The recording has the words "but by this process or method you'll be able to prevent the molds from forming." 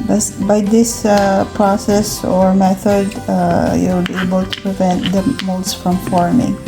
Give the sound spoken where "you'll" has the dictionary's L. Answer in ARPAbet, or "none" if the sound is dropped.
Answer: W